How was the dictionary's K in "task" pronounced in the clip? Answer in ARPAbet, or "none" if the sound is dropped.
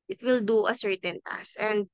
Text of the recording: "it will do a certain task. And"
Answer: none